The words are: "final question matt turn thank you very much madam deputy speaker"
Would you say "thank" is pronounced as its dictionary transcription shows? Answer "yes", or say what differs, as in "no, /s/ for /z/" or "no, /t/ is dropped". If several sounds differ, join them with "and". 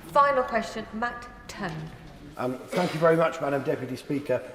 yes